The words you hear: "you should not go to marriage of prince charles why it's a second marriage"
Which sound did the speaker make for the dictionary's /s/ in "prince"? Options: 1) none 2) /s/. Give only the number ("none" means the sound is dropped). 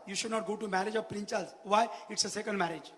1